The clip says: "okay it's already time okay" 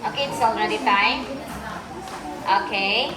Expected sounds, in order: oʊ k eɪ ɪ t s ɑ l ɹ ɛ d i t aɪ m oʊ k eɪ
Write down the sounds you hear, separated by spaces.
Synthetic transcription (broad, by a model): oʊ k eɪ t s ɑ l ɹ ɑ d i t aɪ oʊ k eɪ